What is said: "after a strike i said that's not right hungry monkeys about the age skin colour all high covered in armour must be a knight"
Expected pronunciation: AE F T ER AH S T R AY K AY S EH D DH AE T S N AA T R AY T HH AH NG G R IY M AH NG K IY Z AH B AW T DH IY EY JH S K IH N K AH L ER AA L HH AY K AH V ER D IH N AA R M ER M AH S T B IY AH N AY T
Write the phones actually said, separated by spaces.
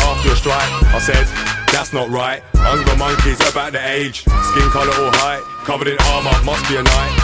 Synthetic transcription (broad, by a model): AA F T ER AH S T R AY K AY S EH D DH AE T S N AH T R AY T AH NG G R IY M AH NG K IY Z AH B AW T DH IY EY JH S K IH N K AH L ER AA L HH AY K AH V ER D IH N AA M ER M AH S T B IY AH N AY T